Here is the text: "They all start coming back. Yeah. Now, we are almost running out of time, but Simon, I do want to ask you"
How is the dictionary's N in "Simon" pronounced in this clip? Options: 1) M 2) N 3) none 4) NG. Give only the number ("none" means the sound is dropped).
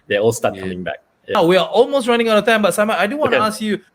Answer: 3